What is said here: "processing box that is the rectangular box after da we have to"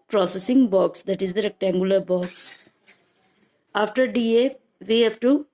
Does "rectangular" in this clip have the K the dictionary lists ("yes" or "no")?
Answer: yes